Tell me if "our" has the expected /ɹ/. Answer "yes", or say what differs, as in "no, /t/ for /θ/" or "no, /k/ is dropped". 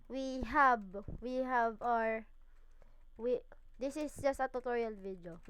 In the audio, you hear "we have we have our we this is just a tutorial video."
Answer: yes